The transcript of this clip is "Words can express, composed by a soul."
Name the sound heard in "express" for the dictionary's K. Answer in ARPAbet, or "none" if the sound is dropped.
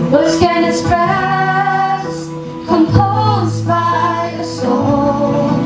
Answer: none